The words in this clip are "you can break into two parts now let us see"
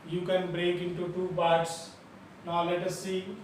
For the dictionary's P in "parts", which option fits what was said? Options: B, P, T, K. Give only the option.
B